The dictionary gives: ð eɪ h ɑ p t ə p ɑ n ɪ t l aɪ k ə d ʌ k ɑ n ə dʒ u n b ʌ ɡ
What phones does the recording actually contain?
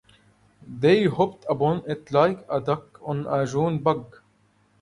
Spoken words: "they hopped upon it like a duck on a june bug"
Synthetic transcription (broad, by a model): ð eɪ h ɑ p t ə b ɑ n ɪ t l aɪ k ə d ʌ k ɑ n ə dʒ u n b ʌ ɡ